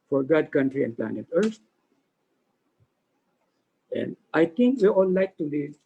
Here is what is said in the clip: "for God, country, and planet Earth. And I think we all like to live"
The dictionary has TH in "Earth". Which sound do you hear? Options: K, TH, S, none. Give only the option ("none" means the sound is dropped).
S